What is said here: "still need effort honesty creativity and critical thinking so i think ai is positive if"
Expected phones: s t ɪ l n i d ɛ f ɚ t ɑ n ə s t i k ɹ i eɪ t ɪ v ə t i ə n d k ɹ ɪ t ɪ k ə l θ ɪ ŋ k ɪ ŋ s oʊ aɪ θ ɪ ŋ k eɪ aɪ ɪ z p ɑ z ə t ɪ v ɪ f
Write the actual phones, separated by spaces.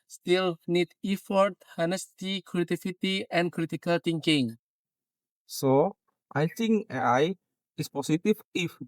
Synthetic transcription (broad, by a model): s t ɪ l n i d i f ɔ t ɑ n ə s t i k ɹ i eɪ t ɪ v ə t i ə n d k ɹ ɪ t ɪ k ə l t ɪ ŋ k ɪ ŋ s oʊ aɪ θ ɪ ŋ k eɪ aɪ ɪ s p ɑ s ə t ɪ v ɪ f